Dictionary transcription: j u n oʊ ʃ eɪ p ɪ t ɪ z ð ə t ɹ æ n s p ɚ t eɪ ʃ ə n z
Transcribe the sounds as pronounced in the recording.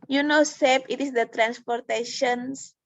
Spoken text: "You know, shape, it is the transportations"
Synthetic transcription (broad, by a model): j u n oʊ s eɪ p ɪ t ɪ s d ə t ɹ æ n s p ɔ t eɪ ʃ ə n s